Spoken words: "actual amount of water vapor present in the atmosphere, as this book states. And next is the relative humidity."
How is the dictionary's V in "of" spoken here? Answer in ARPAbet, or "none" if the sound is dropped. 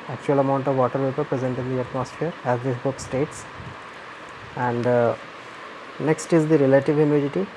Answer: V